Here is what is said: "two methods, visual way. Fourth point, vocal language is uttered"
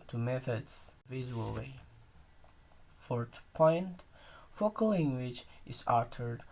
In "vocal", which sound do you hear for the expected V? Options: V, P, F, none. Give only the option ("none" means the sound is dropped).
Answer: F